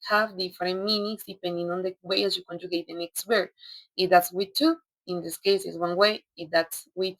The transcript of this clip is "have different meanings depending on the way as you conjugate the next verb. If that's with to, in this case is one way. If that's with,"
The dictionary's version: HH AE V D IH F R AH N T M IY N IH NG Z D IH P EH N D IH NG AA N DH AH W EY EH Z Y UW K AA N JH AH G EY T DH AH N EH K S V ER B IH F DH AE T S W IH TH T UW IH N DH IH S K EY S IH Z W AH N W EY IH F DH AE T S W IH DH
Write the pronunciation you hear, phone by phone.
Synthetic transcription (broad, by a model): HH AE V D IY F R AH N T M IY N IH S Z D IH P EH N D IH NG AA N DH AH W EY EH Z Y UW K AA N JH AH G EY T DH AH N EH K S W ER IH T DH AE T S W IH T UW IH N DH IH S K EY S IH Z W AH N W EY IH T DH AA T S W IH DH